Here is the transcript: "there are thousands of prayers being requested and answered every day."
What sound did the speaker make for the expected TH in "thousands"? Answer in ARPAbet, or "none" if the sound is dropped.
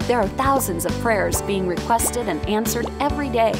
TH